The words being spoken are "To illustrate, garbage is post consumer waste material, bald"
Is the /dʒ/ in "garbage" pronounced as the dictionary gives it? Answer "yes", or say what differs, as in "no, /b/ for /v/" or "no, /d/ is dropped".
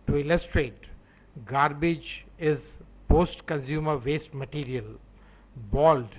yes